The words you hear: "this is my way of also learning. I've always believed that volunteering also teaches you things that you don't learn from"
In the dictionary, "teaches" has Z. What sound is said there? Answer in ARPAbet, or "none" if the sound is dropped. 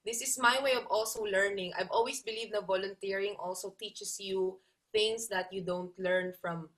S